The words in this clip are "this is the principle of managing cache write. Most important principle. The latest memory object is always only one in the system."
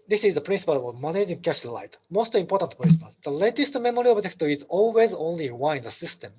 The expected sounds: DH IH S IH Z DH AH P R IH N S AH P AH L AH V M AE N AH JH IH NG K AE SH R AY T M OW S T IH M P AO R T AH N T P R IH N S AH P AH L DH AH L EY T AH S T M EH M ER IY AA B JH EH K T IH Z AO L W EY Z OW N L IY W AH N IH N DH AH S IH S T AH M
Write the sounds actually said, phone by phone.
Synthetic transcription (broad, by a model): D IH S IH Z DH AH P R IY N S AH P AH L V M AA N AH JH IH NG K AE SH L AY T M OW S T IH M P AO R T AH N T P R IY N S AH P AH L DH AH L EY T AH S T M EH M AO IY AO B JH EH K T IH Z AO L W EY Z OW N L IY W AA IH N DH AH S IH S T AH M